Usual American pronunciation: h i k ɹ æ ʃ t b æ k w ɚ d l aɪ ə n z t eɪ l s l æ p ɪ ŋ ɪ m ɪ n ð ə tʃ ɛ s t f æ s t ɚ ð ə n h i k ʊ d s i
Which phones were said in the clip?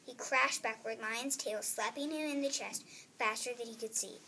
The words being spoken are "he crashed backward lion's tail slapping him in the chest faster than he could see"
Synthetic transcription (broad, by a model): h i k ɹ æ ʃ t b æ k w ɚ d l aɪ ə n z t eɪ l s l æ p ɪ ŋ ɪ m ɪ n ð ə tʃ ɛ s t f æ s t ɚ ð ə n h i k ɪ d s i